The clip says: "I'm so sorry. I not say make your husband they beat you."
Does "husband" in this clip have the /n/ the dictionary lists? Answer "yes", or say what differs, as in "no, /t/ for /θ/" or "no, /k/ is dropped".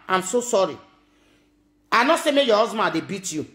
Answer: no, /n/ is dropped